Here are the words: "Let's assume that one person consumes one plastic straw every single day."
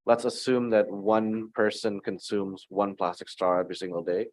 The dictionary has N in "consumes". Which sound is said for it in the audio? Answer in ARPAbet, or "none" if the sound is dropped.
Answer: N